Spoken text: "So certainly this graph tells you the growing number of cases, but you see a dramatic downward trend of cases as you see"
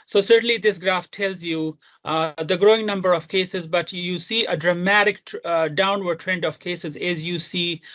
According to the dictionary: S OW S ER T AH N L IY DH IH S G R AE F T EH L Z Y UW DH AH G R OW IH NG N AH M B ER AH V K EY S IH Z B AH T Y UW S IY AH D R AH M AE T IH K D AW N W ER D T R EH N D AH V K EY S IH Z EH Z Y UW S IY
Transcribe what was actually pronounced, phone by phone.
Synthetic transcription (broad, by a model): S OW S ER T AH N L IY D IH S G R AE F T EH L Z Y UW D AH G R OW IH NG N AH M B ER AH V K EY S IH Z B AH T Y UW S IY AH D R AH M AE T IH K D AW N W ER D T R EH N D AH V K EY S IH Z EH Z Y UW S IY